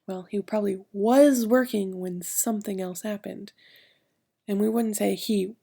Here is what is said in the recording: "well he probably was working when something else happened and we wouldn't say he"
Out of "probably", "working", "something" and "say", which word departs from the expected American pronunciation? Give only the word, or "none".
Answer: none